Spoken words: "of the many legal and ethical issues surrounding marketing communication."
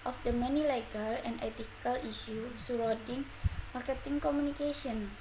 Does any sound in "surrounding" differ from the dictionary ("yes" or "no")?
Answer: yes